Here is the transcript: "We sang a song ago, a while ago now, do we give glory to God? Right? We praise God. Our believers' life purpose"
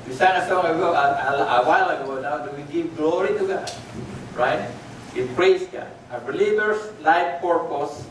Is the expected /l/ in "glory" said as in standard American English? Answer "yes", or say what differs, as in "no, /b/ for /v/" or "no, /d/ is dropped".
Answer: yes